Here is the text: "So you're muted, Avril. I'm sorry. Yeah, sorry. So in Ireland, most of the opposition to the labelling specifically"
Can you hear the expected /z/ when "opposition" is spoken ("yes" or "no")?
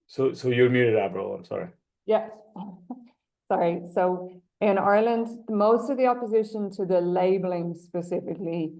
yes